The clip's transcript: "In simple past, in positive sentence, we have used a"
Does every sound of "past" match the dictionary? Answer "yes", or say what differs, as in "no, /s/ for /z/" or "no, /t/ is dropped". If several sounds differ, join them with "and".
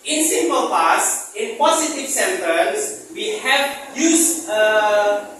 no, /t/ is dropped